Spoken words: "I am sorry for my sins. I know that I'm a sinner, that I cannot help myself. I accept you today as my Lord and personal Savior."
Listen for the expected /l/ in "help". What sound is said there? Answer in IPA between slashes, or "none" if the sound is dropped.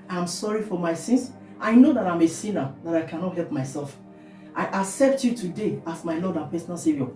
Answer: /l/